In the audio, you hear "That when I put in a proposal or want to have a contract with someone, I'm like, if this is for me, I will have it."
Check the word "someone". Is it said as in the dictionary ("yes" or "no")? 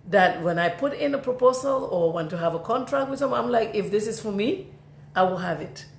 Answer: no